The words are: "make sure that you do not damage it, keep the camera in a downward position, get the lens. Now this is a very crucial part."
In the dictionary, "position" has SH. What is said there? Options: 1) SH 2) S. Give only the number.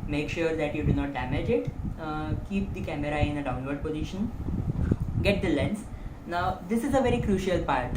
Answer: 1